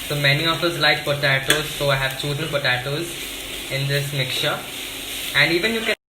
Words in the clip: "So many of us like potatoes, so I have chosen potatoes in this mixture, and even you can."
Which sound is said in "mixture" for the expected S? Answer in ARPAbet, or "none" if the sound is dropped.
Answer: none